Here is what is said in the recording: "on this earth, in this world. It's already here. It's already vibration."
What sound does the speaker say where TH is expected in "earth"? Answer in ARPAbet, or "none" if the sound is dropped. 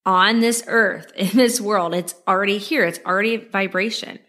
TH